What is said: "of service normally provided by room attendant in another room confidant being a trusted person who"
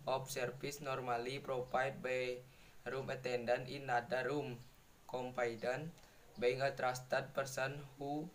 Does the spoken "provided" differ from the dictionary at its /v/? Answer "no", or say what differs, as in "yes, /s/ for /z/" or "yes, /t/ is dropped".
yes, /p/ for /v/